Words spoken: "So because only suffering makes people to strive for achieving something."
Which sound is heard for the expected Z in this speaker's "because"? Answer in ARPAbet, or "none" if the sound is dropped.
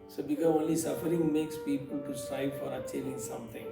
none